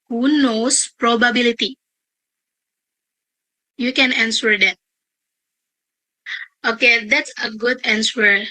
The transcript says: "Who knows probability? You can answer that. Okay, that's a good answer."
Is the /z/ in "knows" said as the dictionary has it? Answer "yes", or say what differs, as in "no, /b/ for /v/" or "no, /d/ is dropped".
no, /s/ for /z/